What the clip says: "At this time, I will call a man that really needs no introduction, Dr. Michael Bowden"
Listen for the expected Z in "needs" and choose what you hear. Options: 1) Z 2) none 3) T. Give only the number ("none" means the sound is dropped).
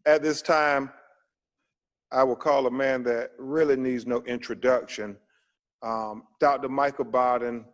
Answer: 1